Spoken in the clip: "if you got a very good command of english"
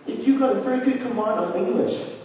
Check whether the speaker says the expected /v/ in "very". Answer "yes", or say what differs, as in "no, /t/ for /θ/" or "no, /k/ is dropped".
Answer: no, /f/ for /v/